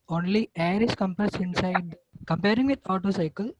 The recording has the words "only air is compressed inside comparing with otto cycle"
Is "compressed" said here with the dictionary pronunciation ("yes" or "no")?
no